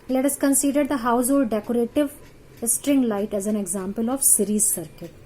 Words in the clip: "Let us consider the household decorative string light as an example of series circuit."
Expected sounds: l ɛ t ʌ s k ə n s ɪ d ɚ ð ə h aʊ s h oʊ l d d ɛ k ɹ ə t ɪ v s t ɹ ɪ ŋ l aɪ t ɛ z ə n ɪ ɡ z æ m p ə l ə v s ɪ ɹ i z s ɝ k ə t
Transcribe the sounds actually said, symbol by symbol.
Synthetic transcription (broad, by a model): l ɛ t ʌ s k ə n s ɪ d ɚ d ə h aʊ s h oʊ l d d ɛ k ɹ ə t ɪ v s t ɹ ɪ ŋ l aɪ t ɛ z ə n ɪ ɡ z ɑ m p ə l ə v s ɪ ɹ i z s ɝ k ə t